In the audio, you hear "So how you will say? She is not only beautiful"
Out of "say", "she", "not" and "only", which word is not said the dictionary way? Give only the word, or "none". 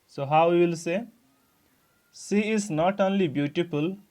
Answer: she